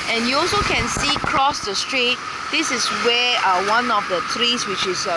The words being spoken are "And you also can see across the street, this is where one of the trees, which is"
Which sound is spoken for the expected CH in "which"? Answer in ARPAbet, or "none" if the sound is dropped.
CH